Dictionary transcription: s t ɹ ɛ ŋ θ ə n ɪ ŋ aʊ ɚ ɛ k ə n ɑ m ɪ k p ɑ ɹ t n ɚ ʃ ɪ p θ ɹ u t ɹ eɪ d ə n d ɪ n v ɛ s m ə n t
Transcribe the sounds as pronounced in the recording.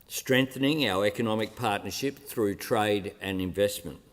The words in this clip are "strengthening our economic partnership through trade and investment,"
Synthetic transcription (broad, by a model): s t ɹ ɛ ŋ θ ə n ɪ ŋ aʊ ɚ ɛ k ə n ɑ m ɪ k p ɑ ɹ t n ɚ ʃ ɪ p θ ɹ u t ɹ eɪ d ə n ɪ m v ɛ s m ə n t